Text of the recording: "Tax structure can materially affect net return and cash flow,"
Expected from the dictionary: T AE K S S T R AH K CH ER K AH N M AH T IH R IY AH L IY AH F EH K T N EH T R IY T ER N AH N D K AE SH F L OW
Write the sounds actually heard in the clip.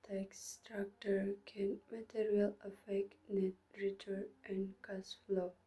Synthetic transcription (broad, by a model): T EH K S S T R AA K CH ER K AH N M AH T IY R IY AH L AH F EH K T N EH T R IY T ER AH N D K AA S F L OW